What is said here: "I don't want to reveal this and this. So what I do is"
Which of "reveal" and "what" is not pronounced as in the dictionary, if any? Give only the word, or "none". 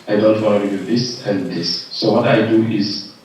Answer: reveal